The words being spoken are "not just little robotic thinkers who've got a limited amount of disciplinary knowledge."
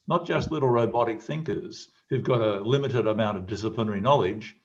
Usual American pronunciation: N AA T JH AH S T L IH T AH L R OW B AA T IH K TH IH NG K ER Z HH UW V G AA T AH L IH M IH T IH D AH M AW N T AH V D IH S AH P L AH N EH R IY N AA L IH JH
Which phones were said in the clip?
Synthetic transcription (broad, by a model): N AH T JH AH S T L IH T L R OW B AA T IH K TH IH NG K ER Z HH UW V G AA T AH L IH M IH T IH D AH M AW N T AH V D IH S AH P L AH N EH R IY N AA L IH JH